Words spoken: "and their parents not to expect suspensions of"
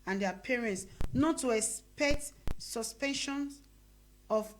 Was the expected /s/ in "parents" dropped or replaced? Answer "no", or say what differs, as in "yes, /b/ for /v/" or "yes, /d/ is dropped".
no